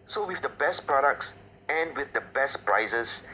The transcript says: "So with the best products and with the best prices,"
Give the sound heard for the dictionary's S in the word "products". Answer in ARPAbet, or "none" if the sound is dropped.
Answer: S